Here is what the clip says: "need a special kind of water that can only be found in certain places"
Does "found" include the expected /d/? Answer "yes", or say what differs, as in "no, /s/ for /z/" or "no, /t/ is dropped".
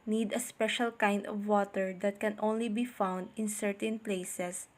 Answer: yes